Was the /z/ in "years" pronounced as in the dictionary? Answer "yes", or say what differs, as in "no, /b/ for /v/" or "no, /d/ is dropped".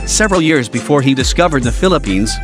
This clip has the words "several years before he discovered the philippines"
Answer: yes